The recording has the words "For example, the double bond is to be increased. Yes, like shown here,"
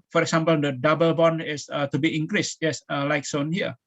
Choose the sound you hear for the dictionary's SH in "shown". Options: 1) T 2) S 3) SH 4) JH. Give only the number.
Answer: 2